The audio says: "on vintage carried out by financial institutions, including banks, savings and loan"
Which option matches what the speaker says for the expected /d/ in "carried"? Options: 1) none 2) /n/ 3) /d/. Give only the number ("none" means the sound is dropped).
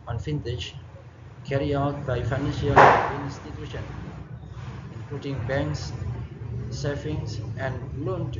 1